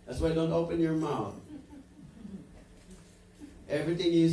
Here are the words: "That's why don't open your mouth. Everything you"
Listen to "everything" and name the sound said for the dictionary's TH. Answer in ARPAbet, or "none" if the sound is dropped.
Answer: TH